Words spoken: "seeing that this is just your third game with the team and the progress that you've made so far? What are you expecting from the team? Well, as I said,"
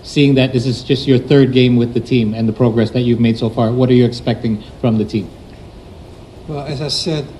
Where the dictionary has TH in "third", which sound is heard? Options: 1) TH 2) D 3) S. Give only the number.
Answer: 1